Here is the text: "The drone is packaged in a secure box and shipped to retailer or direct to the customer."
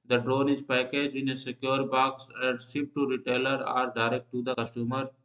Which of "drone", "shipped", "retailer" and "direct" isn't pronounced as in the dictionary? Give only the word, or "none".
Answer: shipped